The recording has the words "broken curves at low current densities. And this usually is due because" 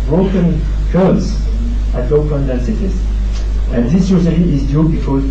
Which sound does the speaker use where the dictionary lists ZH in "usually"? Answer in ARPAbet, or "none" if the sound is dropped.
S